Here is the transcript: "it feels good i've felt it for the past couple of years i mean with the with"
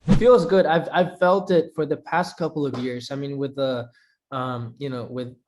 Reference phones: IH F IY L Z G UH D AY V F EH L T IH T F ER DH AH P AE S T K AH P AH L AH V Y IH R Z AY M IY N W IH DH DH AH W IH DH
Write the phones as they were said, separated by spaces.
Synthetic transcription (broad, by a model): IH F IY L Z G UH D AY V F EH L T IH T F ER DH AH P AE S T K AH P L AH V Y IH R Z AY M IY N W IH DH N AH W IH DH